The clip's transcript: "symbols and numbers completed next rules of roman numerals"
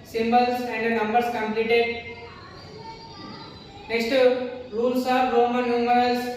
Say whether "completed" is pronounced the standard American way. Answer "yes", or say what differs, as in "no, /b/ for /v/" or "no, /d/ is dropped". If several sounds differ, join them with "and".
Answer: yes